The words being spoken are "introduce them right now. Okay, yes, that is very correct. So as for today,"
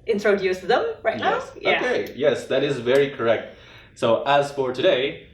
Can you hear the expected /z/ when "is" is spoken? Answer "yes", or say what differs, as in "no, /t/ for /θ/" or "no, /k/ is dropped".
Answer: yes